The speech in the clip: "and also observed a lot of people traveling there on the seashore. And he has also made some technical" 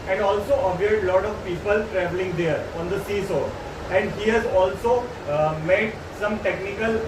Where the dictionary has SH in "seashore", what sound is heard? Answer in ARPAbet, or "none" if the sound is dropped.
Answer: S